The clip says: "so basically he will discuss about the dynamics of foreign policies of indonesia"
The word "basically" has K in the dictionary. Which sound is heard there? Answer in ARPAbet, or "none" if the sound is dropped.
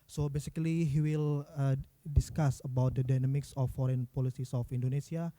K